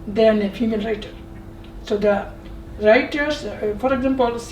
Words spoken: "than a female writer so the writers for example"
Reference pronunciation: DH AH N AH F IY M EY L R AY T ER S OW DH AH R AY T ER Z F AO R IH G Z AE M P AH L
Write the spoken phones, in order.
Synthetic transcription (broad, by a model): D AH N AH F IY M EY N R AY T ER S OW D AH R AY T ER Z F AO R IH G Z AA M P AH L